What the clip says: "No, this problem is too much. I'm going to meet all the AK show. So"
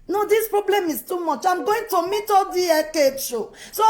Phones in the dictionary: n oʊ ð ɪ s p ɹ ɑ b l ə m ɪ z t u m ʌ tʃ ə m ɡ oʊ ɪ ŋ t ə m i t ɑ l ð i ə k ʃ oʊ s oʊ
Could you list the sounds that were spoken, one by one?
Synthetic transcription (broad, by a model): n oʊ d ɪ s p ɹ ɑ b l ə m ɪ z t u m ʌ tʃ ə m ɡ oʊ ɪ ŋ t ə m i t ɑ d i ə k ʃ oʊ s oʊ